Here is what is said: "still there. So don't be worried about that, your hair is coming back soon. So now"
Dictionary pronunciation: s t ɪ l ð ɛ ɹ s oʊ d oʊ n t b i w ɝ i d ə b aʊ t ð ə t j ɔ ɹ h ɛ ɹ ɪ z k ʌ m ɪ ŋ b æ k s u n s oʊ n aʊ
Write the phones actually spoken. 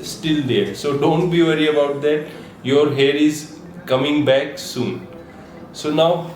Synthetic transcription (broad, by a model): s t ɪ l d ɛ ɹ s oʊ d oʊ n t b i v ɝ i ə b aʊ t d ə t j ɔ ɹ h ɛ ɹ ɪ z k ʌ m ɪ ŋ b æ k s u n s oʊ n aʊ